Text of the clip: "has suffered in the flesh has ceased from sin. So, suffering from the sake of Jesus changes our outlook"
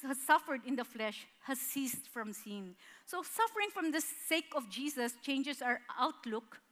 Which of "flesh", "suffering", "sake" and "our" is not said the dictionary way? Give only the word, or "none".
none